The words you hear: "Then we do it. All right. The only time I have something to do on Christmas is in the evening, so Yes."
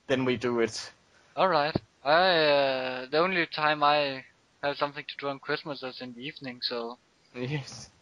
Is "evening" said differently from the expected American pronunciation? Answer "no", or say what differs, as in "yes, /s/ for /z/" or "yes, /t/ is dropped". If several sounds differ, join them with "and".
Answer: no